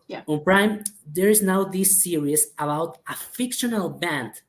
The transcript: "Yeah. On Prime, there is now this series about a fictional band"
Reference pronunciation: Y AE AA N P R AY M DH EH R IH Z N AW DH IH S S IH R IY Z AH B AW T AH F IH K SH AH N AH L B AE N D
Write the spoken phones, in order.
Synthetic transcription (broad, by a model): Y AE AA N P R AY M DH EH R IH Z N AW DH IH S S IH R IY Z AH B AW T AH F IH K SH AH N AH L B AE N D